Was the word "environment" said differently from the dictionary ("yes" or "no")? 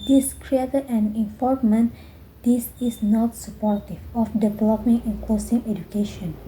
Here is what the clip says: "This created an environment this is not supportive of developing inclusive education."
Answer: yes